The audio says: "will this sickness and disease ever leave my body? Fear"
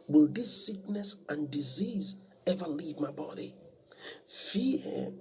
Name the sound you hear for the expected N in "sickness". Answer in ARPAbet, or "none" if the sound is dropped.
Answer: N